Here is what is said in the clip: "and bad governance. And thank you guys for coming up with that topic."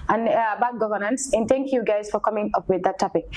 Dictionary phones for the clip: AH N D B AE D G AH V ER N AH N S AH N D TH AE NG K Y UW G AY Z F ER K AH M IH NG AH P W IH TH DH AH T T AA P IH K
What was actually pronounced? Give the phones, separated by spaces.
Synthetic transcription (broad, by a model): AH N B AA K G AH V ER N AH N S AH N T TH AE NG K Y UW G AY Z F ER K AH M IH NG AH P W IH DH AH T T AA P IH K